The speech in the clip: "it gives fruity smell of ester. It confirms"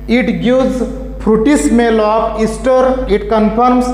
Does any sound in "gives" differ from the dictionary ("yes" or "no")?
yes